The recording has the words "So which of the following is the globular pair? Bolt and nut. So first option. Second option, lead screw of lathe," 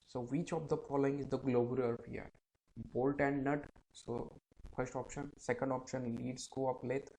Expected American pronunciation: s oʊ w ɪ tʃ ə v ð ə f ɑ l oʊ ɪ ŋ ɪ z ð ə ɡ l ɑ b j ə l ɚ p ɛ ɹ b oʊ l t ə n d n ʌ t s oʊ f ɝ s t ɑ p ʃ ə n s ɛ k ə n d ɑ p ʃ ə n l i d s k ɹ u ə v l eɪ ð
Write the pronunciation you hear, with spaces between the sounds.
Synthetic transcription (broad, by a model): s oʊ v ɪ tʃ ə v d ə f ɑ l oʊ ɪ ŋ ɪ z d ə ɡ l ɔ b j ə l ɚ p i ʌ b oʊ l t ə n d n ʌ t s oʊ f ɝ s t ɑ p ʃ ə n s ɛ k ə n d ɑ p ʃ ə n l i d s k u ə p l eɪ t